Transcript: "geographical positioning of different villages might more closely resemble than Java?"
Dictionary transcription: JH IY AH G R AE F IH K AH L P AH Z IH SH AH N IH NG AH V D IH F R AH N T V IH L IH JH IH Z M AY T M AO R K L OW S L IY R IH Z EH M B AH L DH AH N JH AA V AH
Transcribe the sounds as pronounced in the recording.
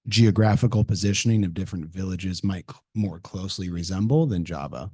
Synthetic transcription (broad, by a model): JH IY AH G R AE F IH K L P AH Z IH SH AH N IH NG AH V D IH F R AH N T V IH L IH JH IH Z M AY T M AO R K L OW S L IY R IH Z EH M B L DH AH N JH AA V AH